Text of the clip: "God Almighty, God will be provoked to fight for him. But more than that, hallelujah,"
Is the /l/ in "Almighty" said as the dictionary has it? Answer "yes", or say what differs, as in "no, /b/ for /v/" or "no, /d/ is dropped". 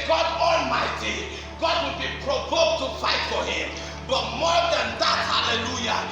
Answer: yes